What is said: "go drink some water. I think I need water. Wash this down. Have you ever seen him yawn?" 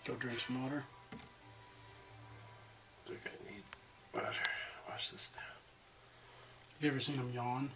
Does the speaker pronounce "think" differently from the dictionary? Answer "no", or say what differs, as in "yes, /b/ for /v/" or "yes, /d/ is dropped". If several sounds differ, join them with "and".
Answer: yes, /ŋ/ is dropped